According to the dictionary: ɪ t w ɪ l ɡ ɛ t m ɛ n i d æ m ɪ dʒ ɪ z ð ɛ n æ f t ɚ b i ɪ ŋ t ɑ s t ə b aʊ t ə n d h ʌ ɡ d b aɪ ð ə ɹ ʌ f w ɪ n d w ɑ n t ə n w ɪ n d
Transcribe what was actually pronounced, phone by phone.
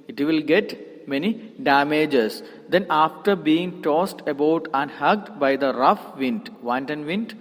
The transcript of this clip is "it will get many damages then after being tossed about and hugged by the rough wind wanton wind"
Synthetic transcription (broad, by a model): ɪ t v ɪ l ɡ ɛ t m ɛ n i d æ m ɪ dʒ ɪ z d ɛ n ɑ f t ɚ b i ɪ ŋ t ɑ s t ə b aʊ t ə n h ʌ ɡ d b aɪ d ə ɹ ʌ f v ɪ n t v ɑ n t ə n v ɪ n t